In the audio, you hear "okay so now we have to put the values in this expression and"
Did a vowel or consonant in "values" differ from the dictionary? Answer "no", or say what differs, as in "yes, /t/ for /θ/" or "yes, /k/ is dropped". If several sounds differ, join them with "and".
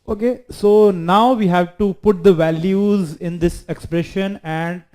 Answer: no